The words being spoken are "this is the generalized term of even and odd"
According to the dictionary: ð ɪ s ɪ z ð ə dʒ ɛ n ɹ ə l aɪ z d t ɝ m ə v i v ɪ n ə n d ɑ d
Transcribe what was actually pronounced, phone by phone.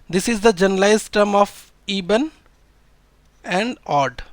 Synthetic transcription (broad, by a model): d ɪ s ɪ z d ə dʒ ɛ n ə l aɪ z t ɝ m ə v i b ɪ n ə n d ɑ d